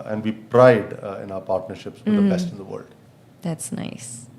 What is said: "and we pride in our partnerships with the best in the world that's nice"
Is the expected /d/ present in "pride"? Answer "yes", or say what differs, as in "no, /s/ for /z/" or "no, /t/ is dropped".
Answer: yes